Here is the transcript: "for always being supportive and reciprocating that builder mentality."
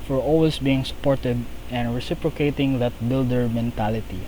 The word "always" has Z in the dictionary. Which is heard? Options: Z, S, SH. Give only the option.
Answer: S